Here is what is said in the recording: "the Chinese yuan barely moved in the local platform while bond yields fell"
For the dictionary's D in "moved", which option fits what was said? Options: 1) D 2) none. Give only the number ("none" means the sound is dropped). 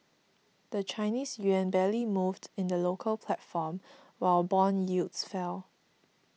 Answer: 1